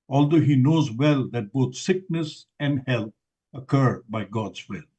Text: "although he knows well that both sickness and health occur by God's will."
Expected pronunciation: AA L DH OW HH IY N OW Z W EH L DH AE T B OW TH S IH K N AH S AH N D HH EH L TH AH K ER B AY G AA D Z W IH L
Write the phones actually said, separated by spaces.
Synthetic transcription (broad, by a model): AA L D OW HH IY N OW Z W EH L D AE T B OW T S IH K N AH S AH N D HH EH L T AH K ER B AY G AA D Z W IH L